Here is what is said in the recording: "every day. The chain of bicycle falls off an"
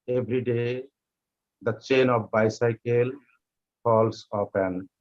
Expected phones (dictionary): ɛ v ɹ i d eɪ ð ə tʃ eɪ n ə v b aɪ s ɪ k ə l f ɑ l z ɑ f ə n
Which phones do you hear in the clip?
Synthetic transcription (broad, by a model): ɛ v ɹ i d eɪ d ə tʃ eɪ n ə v b aɪ s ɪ k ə l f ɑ l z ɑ p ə n